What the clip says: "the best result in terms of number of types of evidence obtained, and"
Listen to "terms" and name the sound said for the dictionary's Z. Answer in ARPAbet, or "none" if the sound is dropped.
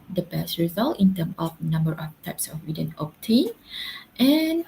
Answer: none